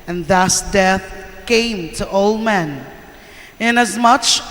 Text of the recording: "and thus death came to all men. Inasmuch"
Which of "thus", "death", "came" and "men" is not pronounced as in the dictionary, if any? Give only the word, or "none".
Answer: none